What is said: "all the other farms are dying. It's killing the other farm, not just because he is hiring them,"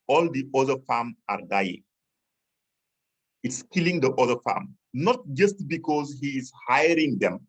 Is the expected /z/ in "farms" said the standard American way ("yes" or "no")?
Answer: no